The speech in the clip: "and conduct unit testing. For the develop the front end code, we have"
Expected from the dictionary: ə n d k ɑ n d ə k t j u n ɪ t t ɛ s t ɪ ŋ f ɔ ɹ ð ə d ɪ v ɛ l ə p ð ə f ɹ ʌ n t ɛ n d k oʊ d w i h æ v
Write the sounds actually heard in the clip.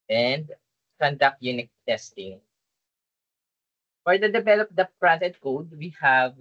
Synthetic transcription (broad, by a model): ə n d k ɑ n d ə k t j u n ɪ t t ɛ s t ɪ ŋ f ɔ ɹ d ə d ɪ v ɛ l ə p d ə p ɹ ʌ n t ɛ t k oʊ d w i h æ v